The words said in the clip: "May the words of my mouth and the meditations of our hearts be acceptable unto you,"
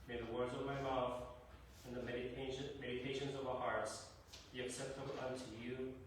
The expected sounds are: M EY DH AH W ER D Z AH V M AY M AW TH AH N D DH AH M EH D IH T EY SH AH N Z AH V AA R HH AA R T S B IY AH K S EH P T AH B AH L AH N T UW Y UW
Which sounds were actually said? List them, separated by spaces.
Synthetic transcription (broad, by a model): M EY DH AH W ER D Z AH V M AY M AW TH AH N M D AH M EH D IH T EY SH AH N Z AH V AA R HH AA R T S B IY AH K S EH P T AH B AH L AH N T UW Y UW